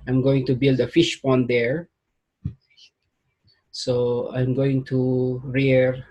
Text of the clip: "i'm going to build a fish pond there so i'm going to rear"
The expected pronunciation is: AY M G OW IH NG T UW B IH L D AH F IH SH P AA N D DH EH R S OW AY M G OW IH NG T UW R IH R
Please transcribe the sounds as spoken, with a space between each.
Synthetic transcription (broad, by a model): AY M G OW IH NG T UW B IH L D AH F IH SH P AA N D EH R S OW AY M G OW IH NG T UW R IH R